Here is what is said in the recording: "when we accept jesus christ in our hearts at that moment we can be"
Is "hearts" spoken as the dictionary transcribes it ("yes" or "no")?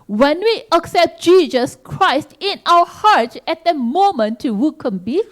no